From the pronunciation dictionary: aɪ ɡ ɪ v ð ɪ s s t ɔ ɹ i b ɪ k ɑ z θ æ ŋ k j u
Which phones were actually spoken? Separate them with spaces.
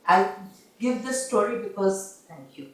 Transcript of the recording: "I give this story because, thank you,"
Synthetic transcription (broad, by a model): aɪ ɡ ɪ v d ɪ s s t ɔ ɹ i b ɪ k ɑ z t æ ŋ k j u